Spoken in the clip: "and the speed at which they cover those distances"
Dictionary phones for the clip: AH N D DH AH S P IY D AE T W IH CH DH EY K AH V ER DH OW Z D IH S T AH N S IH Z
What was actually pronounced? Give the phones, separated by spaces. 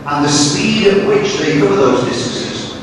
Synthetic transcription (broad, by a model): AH N DH AH S P IY D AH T W IH CH DH EY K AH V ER DH OW Z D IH S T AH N S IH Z